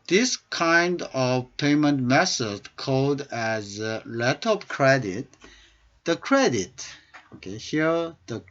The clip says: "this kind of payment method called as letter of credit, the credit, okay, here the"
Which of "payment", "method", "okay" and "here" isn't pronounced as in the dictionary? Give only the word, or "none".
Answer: method